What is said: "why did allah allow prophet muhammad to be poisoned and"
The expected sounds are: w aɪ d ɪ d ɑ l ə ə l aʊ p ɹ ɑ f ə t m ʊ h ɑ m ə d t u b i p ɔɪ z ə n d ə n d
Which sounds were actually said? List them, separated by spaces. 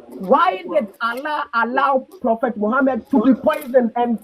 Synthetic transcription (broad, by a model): w aɪ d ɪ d ɑ l ə ə l aʊ p ɹ ɑ f ə t m ʊ h ɑ m ə d t u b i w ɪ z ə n ə n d